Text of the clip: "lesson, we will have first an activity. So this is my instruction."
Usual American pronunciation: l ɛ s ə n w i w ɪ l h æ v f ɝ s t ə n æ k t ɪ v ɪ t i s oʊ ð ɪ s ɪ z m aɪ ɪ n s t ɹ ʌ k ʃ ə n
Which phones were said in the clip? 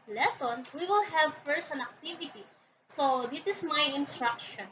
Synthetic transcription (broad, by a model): l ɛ s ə n w i w ɪ l h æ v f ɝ s ə n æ k t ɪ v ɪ t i s oʊ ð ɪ s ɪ s m aɪ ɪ n s t ɹ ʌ k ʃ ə n